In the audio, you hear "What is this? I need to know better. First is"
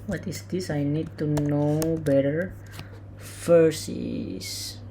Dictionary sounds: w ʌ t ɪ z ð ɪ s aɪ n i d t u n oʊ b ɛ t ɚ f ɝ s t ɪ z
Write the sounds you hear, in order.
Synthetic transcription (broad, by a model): w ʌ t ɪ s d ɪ s aɪ n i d t u n oʊ b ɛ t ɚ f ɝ s ɪ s